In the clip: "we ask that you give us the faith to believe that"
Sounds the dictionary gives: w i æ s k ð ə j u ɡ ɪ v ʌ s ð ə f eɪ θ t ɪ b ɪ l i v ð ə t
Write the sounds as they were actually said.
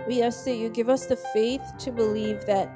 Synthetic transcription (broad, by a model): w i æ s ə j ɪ ɡ ɪ v ʌ s ð ə f eɪ θ t ɪ b ɪ l i v ð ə t